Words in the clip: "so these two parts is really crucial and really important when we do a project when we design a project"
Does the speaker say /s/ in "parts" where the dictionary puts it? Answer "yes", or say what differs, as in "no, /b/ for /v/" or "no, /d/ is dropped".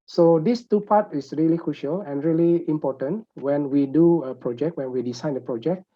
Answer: no, /s/ is dropped